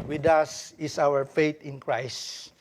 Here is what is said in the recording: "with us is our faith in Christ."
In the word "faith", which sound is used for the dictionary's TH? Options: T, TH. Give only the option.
T